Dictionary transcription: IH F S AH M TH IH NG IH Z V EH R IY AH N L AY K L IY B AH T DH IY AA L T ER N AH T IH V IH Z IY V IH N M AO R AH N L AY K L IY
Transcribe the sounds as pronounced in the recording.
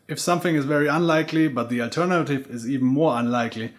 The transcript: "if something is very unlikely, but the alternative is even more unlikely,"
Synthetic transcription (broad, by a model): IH F S AH M TH IH NG IH Z V EH R IY AH N L AY K L IY B AH T DH IY AA L T ER N AH T IH V IH Z IY V N M AO R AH N L AY K L IY